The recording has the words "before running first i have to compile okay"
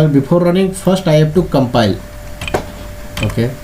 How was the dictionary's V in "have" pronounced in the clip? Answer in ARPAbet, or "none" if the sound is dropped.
P